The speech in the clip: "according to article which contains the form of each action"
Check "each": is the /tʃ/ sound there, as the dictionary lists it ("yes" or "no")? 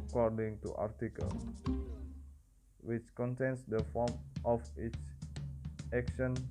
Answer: no